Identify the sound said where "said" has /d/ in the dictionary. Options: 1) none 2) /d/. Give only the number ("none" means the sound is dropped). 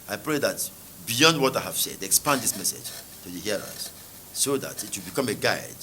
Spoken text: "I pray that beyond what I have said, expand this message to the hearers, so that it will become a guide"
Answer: 2